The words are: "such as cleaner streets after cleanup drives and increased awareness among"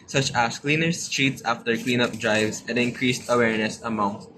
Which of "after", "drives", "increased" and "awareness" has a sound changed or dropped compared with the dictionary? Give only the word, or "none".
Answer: none